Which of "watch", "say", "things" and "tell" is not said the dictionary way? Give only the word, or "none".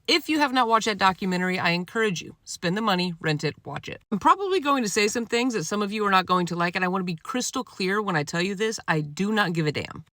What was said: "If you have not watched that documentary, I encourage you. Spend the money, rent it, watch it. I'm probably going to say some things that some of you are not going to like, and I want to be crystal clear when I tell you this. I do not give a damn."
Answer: none